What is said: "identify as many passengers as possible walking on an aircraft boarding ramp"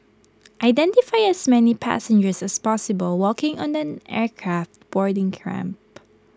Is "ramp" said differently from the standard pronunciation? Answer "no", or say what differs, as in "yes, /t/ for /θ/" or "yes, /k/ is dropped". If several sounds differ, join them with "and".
no